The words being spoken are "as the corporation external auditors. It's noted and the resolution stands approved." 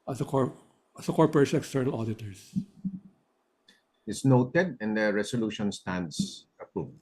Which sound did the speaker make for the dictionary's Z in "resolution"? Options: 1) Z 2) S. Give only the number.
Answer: 2